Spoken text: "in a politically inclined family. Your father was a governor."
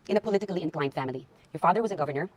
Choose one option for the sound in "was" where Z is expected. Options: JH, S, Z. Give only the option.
Z